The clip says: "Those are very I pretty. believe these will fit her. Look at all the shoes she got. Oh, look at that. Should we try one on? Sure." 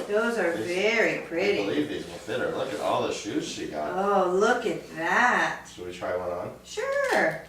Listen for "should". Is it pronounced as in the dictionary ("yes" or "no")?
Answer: no